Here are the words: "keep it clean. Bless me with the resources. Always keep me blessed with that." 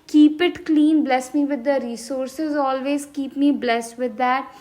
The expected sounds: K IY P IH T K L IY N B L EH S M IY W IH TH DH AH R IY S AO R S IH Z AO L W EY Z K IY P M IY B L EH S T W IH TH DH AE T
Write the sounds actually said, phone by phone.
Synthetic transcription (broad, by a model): K IY P IH T K L IY N B L EH S M IY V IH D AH R IY S AO R S IH Z AO L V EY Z K IY P M IY B L EH S T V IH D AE T